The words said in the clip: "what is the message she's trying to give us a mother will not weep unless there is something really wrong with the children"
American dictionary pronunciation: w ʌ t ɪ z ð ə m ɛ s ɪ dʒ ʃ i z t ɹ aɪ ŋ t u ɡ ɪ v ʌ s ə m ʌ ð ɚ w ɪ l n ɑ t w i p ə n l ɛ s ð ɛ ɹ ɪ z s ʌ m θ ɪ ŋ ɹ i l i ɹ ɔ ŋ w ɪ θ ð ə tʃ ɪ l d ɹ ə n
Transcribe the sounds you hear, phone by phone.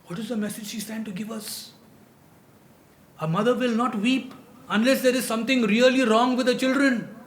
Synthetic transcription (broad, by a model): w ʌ t ɪ z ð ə m ɛ s ɪ dʒ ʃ i s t æ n t u ɡ ɪ v ʌ s ə m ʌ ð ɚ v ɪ l n ɑ t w i p ə n l ɛ s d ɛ ɹ ɪ z s ʌ m t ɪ ŋ ɹ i l i ɹ ɔ ŋ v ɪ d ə tʃ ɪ l d ɹ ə n